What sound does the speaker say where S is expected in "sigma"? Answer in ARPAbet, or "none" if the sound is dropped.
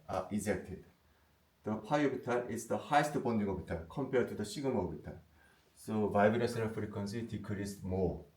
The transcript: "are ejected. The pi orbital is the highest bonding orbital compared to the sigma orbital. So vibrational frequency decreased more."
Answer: SH